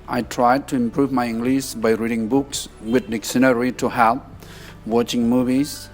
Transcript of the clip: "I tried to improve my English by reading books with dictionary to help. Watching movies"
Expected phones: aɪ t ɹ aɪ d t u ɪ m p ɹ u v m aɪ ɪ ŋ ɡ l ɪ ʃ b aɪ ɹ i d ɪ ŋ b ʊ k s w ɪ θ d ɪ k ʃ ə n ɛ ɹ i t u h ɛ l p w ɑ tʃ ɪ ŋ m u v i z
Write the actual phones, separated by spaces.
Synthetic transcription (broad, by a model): aɪ t ɹ aɪ d t u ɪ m p ɹ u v m aɪ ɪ ŋ ɡ l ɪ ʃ b aɪ ɹ i d ɪ ŋ b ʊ k s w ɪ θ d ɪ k s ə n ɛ ɹ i t u h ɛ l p w ɑ tʃ ɪ ŋ m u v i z